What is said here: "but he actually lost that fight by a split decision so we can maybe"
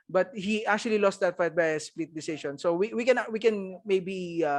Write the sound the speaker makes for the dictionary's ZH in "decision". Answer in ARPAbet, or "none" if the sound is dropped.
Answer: SH